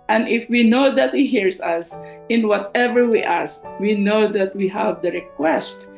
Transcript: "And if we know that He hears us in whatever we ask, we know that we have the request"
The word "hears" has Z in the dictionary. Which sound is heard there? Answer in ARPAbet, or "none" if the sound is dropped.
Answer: S